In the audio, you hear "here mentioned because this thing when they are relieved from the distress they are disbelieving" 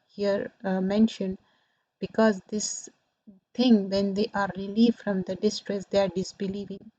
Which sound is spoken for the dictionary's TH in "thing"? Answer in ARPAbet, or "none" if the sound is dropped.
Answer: T